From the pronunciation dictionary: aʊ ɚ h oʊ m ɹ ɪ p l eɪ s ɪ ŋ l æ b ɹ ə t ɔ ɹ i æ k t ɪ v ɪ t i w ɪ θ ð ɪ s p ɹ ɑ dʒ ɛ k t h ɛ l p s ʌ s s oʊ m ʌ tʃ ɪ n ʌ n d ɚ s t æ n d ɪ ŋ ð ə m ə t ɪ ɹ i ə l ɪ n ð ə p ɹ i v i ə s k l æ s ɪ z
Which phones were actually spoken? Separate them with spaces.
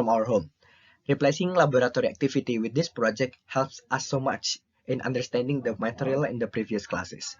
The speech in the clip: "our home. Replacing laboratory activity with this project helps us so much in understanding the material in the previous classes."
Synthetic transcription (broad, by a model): aʊ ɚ h oʊ m ɹ ɪ p l eɪ s ɪ ŋ l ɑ b ɹ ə t ɔ ɹ i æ k t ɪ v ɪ t i w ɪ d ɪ s p ɹ ɑ dʒ ɛ k t h ɛ l p s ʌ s s oʊ m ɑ tʃ ɪ n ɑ n d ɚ s t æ n d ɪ ŋ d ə m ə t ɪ ɹ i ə l ɪ n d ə p ɹ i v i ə s k l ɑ s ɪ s